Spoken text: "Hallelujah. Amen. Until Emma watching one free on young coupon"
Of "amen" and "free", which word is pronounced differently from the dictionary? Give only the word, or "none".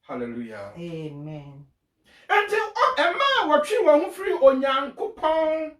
none